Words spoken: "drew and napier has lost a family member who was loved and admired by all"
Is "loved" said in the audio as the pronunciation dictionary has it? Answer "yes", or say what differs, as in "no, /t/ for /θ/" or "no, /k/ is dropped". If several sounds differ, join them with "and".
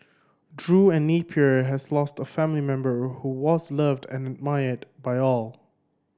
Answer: yes